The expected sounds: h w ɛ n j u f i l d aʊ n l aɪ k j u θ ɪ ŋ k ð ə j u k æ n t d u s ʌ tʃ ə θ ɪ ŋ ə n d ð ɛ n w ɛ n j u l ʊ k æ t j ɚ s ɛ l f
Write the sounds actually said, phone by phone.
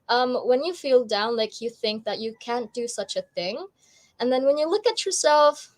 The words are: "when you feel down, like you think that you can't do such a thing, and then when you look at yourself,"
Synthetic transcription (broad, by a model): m w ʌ n j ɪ f i l d aʊ n l aɪ k j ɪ θ ɪ ŋ k ð ə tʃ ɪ k æ n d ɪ s ʌ tʃ ə θ ɪ ŋ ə n ð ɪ n w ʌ n j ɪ l ʊ k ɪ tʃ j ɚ s ɛ l f